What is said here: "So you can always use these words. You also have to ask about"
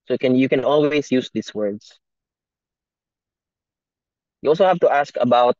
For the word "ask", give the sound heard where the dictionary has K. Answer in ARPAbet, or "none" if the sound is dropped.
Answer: K